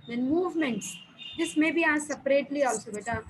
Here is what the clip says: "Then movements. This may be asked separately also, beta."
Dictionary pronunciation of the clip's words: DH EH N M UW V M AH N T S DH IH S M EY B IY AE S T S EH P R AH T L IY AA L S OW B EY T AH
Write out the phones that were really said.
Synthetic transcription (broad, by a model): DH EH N M UW V M AH N T S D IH S M EY B IY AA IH S EH P R AH T L IY AA L S OW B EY T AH